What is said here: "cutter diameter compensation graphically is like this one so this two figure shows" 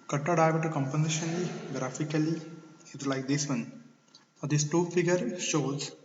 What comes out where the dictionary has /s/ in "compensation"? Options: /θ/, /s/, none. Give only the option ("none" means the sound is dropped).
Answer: none